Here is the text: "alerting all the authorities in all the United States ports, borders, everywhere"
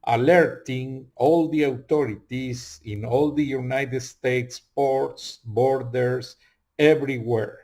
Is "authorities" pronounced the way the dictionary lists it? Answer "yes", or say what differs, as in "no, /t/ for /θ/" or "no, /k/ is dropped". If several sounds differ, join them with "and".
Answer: no, /t/ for /θ/